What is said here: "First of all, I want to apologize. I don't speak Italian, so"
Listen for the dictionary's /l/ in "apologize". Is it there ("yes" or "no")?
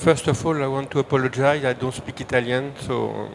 yes